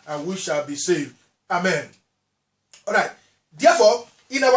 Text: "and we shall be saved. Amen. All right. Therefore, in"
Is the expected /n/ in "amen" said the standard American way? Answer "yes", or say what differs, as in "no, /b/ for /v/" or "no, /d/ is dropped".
yes